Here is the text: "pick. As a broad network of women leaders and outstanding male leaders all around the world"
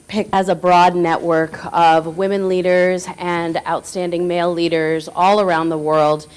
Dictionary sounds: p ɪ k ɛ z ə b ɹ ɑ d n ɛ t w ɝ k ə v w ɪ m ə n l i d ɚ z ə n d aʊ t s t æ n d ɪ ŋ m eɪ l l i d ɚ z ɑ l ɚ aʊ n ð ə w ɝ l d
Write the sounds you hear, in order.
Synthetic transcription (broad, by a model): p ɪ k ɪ z ə b ɹ ɑ d n ɛ t w ɝ k ə v w ɪ m ə n l i d ɚ z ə n aʊ t s t æ n d ɪ ŋ m eɪ l l i d ɚ z ɑ l ɚ aʊ n ð ə w ɝ l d